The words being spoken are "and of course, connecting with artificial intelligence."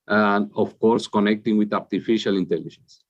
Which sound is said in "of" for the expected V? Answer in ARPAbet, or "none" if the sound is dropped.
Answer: F